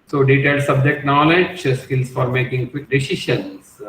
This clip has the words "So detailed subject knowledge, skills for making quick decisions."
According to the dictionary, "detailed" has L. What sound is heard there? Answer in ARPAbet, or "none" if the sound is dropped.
none